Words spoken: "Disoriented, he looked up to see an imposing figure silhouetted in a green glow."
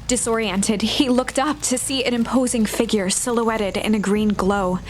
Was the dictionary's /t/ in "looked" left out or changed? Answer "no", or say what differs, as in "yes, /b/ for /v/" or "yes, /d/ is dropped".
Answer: no